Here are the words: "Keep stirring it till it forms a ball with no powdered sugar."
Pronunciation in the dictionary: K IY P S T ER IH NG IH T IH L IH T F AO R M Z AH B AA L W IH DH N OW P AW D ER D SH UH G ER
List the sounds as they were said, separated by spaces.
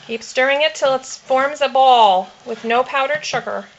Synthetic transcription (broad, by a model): K IY P S T ER IH NG IH T IH L IH T F AO R M Z AH B AA L W IH DH N OW P AW D ER D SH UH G ER